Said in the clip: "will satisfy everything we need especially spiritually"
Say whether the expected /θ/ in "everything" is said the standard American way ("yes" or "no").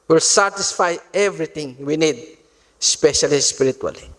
no